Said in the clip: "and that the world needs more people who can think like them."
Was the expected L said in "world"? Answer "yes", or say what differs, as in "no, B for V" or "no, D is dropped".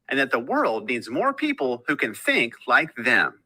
yes